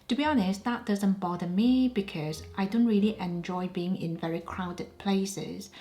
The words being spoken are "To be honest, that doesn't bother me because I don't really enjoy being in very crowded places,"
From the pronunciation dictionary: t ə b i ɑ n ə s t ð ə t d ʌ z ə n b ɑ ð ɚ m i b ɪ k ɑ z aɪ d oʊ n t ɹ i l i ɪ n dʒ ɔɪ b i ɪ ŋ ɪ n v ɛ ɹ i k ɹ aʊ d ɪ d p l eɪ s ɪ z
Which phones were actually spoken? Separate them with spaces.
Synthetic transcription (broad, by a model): t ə b i ɑ n ə s t ð ə t d ʌ z ə n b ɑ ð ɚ m i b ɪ k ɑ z aɪ d oʊ n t ɹ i l i ɪ n dʒ ɔɪ b i ɪ ŋ ɪ n v ɛ ɹ i k ɹ aʊ d ɪ d p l eɪ s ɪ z